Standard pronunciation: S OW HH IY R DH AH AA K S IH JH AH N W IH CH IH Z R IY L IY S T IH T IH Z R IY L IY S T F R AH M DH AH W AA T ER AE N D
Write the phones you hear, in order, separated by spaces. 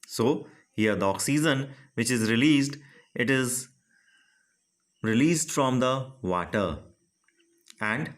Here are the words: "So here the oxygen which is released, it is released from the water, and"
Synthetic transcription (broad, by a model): S OW HH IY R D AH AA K S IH Z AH N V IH CH IH Z R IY L IY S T IH T IH Z R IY L IY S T F R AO M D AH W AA T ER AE N D